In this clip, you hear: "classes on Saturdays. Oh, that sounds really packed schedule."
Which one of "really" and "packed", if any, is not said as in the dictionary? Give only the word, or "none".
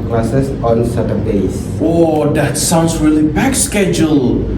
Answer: packed